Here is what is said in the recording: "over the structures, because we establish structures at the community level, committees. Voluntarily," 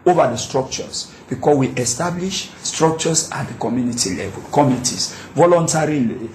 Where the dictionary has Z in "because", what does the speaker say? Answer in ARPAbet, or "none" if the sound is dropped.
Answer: none